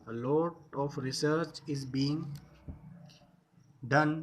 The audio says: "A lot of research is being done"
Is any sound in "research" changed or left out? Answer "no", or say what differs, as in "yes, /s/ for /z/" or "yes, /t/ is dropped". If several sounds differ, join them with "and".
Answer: no